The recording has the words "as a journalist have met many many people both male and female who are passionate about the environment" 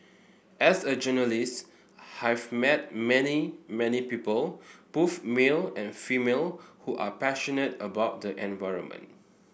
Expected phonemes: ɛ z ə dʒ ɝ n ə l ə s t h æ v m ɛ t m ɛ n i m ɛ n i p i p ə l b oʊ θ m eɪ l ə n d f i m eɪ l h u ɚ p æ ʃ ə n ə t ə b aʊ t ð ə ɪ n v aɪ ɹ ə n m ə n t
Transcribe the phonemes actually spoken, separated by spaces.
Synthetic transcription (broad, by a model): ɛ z ə dʒ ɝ n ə l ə s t h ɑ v m ɛ t m ɛ n i m ɛ n i p i p ə l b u f m eɪ l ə n f i m eɪ l h u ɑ p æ ʃ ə n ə t ə b aʊ t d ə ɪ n v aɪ ɹ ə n m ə n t